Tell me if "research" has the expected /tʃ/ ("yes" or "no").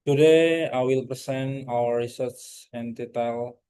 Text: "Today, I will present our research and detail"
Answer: no